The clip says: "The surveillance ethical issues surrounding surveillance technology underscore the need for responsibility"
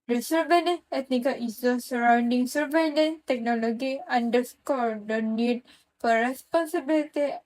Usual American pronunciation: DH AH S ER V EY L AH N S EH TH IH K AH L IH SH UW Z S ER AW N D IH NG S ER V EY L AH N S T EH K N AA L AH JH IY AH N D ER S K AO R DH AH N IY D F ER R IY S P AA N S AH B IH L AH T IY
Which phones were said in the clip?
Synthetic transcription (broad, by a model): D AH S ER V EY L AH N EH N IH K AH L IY S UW S ER AW N D IH NG S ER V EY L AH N T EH K N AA L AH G IY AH N D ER S K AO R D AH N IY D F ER R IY S P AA N S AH B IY L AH T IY